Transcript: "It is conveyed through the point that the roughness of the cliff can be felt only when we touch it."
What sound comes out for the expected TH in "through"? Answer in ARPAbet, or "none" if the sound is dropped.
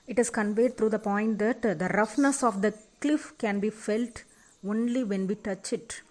T